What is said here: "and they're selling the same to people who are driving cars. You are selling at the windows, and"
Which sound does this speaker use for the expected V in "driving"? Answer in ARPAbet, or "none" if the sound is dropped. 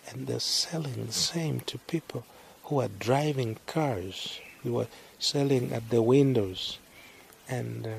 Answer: V